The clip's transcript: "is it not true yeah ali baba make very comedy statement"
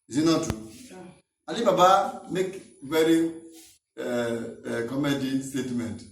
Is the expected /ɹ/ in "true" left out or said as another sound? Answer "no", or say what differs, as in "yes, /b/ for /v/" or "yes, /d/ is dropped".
yes, /ɹ/ is dropped